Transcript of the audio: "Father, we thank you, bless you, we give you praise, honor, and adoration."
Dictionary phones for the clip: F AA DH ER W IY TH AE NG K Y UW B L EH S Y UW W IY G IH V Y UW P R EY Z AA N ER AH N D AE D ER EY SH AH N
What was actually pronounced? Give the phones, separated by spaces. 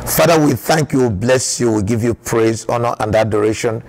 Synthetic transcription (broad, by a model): F AA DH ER W IY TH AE NG K Y UW B L EH S Y UW W IY G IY V Y UW P R EY Z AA N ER AH N D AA D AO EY SH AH N